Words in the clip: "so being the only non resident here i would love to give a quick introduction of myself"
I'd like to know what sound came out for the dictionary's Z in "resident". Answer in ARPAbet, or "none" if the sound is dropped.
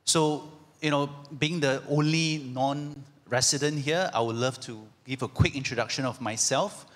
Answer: S